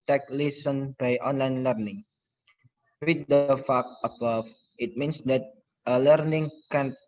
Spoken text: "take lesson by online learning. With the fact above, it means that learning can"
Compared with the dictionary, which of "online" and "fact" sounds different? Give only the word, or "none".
fact